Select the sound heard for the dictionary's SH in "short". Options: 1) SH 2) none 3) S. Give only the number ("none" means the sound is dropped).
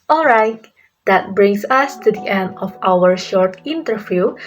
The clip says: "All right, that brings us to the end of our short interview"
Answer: 1